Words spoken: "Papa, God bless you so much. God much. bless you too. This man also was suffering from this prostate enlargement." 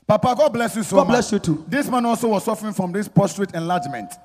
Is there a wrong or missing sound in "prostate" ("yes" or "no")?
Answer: yes